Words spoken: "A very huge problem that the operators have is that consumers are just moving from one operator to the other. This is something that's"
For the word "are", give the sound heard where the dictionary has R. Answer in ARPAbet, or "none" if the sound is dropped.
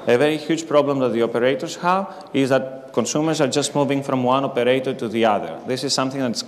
R